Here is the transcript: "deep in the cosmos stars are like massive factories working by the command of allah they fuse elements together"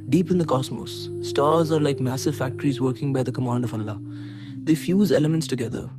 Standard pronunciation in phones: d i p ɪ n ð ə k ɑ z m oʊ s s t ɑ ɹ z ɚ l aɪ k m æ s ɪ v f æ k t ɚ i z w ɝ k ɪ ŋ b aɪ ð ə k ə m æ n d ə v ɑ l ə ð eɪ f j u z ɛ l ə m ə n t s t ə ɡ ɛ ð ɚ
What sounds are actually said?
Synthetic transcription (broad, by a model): d i p ɪ n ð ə k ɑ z m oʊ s s t ɑ ɹ z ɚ l aɪ k m æ s ɪ v f æ k t ɚ i z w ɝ k ɪ ŋ b aɪ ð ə k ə m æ n d ə v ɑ l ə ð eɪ f j u z ɛ l ə m ə n t s t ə ɡ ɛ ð ɚ